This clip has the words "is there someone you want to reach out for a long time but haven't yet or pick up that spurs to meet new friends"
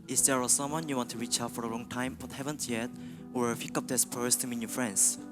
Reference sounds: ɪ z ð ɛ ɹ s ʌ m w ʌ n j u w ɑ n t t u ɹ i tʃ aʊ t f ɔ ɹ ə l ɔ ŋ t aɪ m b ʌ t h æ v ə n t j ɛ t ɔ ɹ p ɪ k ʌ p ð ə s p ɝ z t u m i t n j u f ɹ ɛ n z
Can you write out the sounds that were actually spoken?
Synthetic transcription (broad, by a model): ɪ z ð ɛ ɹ s ʌ m w ʌ n j u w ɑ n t t u ɹ i tʃ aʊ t f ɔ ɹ ə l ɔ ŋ t aɪ m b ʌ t h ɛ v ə n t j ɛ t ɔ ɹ f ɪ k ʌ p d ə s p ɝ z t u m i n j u f ɹ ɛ n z